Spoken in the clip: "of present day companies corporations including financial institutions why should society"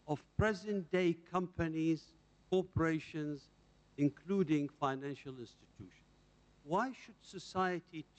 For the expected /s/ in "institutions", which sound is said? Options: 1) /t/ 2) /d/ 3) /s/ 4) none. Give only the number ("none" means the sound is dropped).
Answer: 3